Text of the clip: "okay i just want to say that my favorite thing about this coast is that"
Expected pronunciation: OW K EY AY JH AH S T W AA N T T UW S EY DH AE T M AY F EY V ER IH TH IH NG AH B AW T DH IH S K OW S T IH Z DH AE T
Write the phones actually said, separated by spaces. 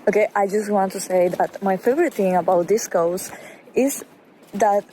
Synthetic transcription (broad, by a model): OW K EY AY JH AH S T W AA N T T UW S EY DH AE T M AY F EY V ER IH T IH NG AH B AW T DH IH S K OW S IH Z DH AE T